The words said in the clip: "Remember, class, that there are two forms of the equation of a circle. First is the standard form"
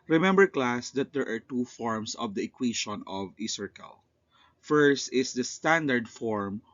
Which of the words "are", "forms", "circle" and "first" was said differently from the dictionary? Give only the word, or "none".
forms